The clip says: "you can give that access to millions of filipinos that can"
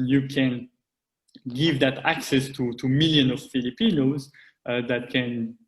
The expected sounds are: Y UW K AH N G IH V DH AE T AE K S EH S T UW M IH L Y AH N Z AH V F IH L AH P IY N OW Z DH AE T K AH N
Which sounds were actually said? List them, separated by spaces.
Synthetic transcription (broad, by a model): Y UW K AH N G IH V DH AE T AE K S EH S T UW M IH L Y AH N AH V F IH L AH P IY N OW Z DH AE T K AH N